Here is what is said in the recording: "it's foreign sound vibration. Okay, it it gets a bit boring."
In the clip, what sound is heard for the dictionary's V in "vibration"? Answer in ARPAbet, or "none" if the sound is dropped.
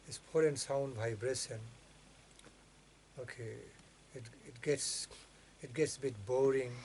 B